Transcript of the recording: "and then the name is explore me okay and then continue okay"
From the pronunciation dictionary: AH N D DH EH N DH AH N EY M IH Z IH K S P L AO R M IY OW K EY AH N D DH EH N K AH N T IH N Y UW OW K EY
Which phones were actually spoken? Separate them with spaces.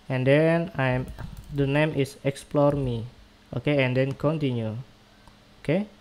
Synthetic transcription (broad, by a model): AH N D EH N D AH N EY M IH S IH K S P L AO R M IY OW K EY AH N D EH N K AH N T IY N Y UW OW K EY